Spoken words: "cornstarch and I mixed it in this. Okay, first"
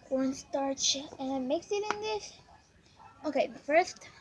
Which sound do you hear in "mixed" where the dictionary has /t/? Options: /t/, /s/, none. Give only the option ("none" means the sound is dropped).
none